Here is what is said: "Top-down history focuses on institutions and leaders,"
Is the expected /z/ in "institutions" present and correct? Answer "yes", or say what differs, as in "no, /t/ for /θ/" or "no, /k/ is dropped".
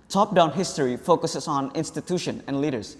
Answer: no, /z/ is dropped